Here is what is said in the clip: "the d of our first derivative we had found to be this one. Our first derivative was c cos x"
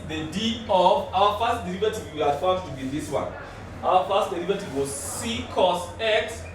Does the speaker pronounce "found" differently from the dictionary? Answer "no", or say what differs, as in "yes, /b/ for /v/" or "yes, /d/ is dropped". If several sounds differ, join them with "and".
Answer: yes, /n/ is dropped